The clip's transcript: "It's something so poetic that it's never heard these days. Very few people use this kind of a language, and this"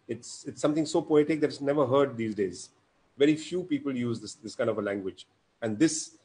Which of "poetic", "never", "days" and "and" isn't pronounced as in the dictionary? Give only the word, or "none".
none